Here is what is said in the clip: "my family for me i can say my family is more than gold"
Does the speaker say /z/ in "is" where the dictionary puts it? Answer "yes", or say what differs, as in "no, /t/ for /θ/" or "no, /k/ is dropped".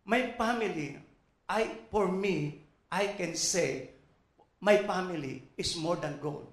no, /s/ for /z/